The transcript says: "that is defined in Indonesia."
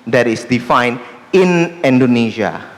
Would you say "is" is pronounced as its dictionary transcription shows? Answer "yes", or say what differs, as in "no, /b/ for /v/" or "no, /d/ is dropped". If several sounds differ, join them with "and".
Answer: no, /s/ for /z/